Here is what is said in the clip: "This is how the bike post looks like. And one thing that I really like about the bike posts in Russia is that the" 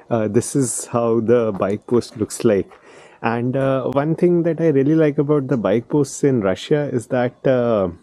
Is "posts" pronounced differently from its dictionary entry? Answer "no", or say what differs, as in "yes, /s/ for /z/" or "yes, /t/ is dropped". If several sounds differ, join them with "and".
no